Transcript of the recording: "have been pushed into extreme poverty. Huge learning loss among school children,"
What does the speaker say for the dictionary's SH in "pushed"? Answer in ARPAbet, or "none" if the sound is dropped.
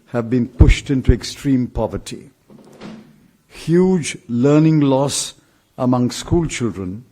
SH